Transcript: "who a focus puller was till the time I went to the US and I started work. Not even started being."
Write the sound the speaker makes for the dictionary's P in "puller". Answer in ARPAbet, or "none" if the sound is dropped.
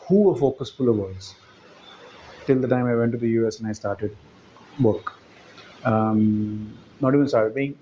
F